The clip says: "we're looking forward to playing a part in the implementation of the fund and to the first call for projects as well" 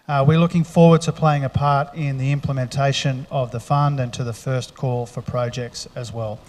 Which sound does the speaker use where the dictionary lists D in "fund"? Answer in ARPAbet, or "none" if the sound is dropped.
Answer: D